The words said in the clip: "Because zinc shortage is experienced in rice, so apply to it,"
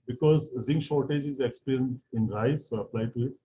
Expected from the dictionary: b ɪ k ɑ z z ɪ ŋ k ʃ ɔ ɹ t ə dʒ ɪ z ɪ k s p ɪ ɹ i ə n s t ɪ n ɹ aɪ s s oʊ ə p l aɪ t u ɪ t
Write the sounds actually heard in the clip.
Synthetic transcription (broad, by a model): b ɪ k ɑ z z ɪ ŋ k ʃ ɔ ɹ t ə dʒ ɪ z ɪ k s p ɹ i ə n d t ɪ n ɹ aɪ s s oʊ ə p l aɪ t u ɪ t